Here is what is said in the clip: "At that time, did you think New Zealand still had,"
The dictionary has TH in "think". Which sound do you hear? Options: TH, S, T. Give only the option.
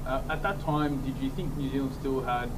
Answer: TH